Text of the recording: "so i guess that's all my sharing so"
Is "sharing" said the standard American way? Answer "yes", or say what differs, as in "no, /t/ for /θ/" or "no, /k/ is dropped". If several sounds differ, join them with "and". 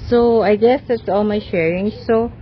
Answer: yes